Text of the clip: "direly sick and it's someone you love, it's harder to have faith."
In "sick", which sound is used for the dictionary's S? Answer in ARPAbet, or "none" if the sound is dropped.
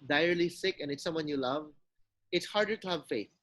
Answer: S